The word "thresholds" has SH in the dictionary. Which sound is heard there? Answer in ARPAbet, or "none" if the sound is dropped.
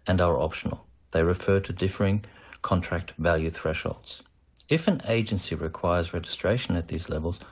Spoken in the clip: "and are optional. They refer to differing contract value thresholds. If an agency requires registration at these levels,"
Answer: SH